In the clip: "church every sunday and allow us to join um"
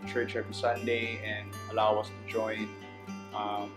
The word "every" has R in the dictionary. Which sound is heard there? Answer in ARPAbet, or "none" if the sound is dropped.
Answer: none